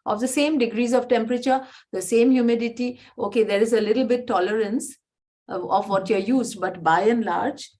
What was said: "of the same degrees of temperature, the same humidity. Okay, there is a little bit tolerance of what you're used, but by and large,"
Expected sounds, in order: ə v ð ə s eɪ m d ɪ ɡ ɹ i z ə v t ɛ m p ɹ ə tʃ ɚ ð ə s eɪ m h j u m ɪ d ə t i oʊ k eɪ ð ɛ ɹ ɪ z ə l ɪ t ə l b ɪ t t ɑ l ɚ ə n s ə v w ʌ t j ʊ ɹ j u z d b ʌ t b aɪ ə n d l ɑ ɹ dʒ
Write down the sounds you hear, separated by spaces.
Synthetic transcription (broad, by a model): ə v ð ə s eɪ m d ɪ ɡ ɹ i z ə v t ɛ m p ɹ ə tʃ ɚ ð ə s eɪ m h j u m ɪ d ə t i oʊ k eɪ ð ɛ ɹ ɪ z ə l ɪ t l b ɪ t t ɑ l ɚ ə n s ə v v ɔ t j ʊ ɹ j u z d b ʌ t b aɪ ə n l ɑ ɹ dʒ